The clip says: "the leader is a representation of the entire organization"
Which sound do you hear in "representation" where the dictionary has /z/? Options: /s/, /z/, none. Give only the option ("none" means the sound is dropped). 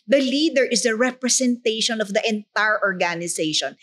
/s/